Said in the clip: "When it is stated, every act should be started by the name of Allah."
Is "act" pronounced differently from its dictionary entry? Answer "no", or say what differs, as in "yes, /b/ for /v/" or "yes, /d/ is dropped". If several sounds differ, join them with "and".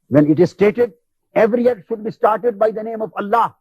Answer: yes, /k/ is dropped